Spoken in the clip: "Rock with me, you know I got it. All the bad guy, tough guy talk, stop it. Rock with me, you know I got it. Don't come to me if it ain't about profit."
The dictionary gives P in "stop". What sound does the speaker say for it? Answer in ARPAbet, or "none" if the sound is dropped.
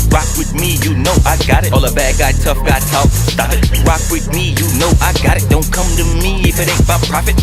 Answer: F